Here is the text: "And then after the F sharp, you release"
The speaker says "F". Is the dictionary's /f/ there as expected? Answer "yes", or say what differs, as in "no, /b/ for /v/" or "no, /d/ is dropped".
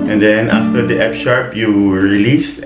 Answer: no, /p/ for /f/